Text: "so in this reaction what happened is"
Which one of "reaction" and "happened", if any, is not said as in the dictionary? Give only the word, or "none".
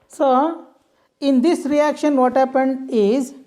none